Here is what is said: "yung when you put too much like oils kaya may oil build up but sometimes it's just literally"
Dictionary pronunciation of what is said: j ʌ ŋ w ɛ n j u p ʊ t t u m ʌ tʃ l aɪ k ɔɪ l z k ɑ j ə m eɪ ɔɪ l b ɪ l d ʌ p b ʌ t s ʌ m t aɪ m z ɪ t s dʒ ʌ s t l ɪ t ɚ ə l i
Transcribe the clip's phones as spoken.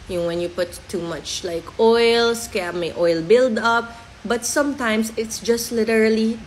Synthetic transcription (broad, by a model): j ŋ w ɛ n j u p ʊ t t u m ʌ tʃ l aɪ k ɔɪ l s k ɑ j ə m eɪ ɔɪ l b ɪ l d ʌ p b ʌ t s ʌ m t aɪ m s ɪ t s dʒ ʌ s t l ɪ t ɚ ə l i